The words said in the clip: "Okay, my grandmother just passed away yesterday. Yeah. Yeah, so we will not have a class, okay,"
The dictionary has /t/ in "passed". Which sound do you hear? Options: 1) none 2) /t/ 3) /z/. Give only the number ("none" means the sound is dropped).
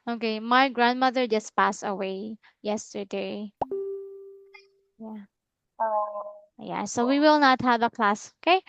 1